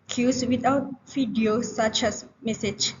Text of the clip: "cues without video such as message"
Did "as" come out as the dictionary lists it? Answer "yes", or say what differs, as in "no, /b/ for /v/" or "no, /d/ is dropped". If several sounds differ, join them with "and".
no, /s/ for /z/